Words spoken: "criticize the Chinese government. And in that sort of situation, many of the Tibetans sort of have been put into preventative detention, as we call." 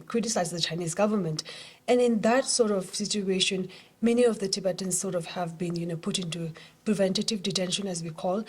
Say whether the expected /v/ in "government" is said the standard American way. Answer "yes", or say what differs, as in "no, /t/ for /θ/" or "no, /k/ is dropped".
yes